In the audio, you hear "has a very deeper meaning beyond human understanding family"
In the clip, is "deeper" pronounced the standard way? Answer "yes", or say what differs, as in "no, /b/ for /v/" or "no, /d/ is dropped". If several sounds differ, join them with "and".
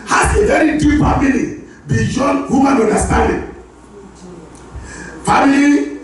no, /f/ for /p/